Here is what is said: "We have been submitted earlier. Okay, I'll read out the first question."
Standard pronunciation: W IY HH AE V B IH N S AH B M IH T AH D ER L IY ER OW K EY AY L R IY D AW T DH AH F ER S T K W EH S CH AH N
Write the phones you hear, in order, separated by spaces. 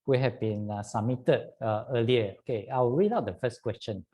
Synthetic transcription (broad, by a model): W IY HH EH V B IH N S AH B M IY T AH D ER L IY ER OW K EY AY W R IY D AW T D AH F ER S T K W EH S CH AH N